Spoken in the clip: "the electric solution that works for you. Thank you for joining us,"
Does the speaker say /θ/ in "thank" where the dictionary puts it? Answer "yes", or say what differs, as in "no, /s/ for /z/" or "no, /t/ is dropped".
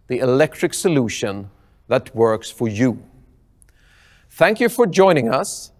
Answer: yes